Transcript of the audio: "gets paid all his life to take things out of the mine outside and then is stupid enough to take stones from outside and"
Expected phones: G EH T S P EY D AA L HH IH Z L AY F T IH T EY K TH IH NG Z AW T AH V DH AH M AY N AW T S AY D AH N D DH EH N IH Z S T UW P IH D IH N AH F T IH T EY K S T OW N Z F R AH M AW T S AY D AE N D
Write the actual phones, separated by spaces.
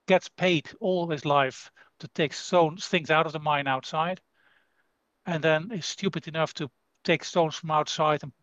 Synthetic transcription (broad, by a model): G EH T S P EY D AA L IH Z L AY F T IH T EY K TH IH NG Z AW T AH V DH AH M AY N AW T S AY D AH N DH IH N IH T S T UW P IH D IH N AH F T IH T EY K S T OW N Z F R AH M AW T S AY D N